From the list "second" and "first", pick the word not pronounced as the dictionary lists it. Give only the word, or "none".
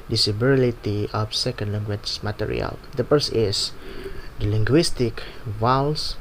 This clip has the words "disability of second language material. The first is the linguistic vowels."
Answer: first